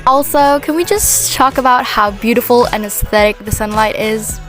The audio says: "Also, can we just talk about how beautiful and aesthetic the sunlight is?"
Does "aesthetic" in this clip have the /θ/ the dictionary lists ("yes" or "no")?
yes